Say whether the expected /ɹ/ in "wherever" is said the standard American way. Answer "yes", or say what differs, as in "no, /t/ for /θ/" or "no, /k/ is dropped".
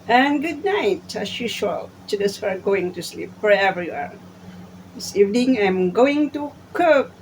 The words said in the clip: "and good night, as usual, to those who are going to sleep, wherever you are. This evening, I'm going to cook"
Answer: no, /ɹ/ is dropped